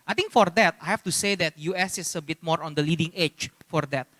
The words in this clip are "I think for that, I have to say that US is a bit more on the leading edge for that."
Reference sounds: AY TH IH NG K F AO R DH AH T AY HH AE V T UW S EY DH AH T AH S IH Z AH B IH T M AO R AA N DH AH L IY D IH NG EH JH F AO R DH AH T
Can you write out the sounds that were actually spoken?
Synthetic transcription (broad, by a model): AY T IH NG K F AO R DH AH T AY HH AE F T UW S EY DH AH T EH S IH S AH B IH T M AO R AA N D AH L IY D IH NG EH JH F AO R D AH T